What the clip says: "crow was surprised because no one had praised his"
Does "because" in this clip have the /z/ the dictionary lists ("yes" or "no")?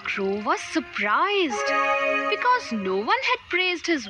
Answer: yes